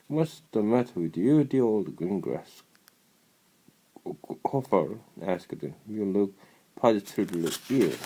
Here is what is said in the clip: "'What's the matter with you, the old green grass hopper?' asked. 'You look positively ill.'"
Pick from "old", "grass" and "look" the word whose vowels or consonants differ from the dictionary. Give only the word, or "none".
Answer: none